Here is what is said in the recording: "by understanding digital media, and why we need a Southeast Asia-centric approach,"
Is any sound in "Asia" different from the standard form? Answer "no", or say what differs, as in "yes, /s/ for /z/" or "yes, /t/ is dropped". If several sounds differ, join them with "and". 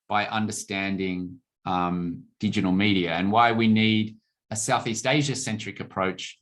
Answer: no